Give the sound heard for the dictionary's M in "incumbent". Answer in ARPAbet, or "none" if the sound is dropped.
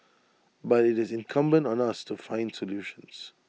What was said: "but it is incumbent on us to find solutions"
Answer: M